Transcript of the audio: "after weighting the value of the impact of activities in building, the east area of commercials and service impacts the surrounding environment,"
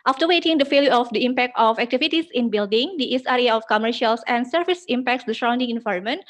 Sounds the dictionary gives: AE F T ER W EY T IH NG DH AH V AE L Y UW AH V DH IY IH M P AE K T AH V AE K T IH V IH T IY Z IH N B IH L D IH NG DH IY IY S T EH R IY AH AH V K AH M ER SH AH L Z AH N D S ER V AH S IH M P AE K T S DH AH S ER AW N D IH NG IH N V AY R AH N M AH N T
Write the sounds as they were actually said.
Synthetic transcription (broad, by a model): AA F T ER W EY T IH NG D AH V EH L Y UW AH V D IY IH M P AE K T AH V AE K T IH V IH T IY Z IH N B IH L D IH NG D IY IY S EH R IY AH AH F K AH M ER SH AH L S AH N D S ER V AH S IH M P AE K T S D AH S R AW N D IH NG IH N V AY R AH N M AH N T